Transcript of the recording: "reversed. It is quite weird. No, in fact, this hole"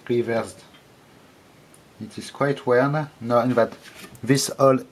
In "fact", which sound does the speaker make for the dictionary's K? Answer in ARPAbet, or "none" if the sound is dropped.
none